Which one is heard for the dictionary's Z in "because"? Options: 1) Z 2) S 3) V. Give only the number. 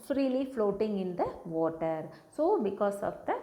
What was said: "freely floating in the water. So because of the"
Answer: 2